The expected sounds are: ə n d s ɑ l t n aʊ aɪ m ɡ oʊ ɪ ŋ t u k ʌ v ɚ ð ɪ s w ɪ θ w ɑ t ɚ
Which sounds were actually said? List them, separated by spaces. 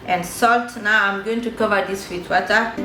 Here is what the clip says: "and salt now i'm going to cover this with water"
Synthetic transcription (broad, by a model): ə n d s ɑ l t n aʊ aɪ m ɡ oʊ ɪ ŋ t u k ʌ v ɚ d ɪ s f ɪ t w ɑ t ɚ